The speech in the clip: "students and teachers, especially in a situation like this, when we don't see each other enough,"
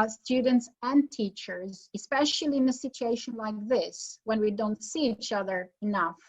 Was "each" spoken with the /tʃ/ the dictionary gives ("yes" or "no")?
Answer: yes